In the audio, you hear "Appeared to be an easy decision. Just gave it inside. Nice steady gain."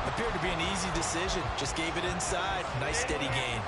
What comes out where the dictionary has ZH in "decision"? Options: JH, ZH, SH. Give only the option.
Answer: ZH